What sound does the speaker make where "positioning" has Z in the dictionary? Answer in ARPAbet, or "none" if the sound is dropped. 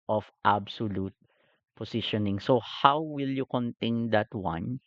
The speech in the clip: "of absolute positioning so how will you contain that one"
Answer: S